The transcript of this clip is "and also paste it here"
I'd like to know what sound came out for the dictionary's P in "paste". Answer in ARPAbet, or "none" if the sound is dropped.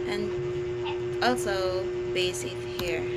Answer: B